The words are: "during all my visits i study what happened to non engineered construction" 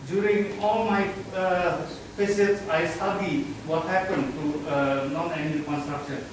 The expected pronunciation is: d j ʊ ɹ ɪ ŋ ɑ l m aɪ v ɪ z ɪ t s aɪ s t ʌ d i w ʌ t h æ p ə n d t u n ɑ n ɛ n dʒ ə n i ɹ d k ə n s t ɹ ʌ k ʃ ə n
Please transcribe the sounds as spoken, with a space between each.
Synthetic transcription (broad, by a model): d j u ɹ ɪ ŋ ɑ l m aɪ p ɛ s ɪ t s aɪ s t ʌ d i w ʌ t h æ p ə n d t u n ɑ n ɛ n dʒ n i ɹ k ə n s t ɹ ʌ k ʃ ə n